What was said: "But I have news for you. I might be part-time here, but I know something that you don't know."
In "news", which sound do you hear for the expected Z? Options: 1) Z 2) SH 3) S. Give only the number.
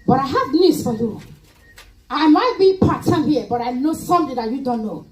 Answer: 3